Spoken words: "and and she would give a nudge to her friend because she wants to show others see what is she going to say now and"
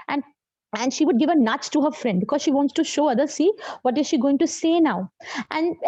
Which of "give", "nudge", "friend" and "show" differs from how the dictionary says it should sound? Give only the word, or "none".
nudge